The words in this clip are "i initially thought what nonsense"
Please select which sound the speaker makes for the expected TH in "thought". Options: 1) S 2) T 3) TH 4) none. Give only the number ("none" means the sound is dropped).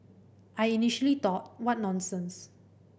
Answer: 2